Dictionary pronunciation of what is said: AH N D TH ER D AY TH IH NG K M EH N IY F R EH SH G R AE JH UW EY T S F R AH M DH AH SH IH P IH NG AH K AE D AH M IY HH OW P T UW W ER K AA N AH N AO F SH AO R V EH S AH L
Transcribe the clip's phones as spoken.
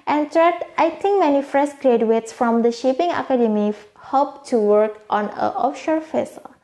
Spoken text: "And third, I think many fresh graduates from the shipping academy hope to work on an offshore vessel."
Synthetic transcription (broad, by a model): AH N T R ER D AY T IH NG K M EH N IY F R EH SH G R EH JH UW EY T S F R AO M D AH SH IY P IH NG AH K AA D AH M IY HH OW P T UW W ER K AA N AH AO F SH AO R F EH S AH L